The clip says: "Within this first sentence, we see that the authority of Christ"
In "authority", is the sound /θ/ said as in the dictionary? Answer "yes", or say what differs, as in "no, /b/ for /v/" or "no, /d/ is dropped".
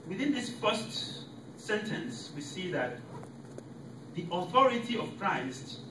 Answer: yes